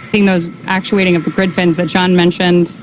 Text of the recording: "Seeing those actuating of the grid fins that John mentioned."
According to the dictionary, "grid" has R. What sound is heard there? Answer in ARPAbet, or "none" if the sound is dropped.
R